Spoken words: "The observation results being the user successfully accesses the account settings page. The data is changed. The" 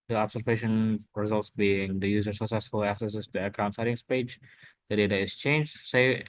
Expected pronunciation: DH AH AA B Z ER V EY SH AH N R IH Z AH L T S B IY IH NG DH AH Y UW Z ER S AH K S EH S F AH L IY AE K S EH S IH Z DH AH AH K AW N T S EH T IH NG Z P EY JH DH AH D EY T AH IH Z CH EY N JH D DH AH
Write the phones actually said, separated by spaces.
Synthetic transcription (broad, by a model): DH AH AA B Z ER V EY SH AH N R IH Z AH L T S B IY IH NG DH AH Y UW Z ER S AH K S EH S F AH L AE K S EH S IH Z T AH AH K AW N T S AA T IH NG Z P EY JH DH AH D EY T AH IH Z CH EY N JH D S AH